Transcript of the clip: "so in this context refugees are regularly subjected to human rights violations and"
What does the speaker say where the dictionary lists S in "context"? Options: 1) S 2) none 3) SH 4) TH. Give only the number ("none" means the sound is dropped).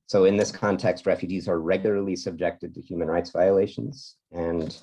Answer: 1